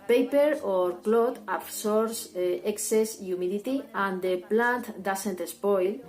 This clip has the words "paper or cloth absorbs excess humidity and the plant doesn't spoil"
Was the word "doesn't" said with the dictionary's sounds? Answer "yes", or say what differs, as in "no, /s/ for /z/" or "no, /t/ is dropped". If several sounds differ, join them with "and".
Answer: no, /s/ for /z/